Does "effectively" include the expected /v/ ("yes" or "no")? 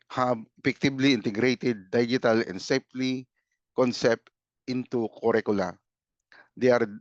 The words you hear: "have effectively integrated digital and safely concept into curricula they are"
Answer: no